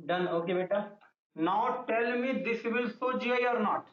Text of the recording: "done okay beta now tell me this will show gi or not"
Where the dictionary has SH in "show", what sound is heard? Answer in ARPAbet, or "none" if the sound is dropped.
S